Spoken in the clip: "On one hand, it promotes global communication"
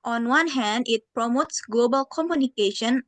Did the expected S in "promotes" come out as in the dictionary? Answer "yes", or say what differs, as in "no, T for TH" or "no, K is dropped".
yes